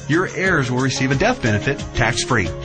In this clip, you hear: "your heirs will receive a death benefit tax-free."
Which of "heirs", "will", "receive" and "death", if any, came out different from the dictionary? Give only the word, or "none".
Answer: none